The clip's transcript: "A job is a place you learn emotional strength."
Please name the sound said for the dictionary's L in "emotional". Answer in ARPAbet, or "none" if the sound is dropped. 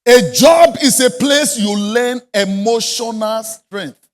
L